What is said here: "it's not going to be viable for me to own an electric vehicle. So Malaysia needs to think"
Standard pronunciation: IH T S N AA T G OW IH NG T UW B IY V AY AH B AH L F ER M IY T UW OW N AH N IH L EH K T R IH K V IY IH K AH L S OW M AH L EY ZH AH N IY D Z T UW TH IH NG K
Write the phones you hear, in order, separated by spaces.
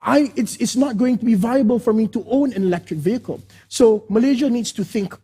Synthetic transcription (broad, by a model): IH T S N AA T G OW IH NG T UW B IY V AY AH B AH L F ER M IY T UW OW N AH N IH L EH K T R IH K V IY IH K AH L S OW M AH L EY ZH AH N IY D S T UW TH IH NG K